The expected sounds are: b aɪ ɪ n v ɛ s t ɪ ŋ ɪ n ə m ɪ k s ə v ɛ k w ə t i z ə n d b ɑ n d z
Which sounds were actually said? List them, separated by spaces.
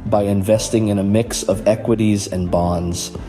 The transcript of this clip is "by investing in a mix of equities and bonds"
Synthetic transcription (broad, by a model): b aɪ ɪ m v ɛ s t ɪ ŋ ɪ n ə m ɪ k s ə v ɛ k w ə t i z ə n b ɑ n d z